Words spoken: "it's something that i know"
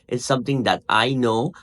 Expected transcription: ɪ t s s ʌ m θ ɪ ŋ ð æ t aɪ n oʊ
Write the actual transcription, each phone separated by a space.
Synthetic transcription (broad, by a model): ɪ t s s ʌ m t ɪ ŋ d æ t aɪ n oʊ